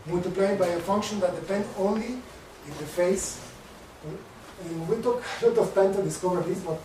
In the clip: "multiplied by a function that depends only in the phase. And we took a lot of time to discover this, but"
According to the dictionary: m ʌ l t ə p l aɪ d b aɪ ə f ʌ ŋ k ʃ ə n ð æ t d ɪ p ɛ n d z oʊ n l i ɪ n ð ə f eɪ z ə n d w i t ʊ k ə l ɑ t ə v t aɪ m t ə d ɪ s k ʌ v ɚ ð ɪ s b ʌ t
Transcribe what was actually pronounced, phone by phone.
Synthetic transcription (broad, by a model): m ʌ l t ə p l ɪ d b aɪ ə f ʌ ŋ k ʃ ə n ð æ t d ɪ p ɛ n d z oʊ n l i ɪ n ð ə f eɪ ə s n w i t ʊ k ə l ɑ t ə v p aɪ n t ə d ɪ s k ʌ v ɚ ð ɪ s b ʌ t